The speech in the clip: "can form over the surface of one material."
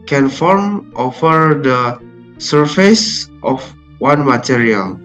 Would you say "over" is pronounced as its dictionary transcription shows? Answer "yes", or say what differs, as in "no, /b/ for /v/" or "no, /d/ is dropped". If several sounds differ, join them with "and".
no, /f/ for /v/